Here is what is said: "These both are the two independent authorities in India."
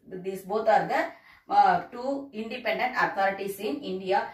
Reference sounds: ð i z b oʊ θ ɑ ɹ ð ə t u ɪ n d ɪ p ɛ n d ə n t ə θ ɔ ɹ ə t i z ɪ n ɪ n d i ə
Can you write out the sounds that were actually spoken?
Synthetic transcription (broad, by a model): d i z b oʊ t ɑ ɹ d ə t u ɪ n d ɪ p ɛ n d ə n t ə t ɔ ɹ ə t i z ɪ n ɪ n d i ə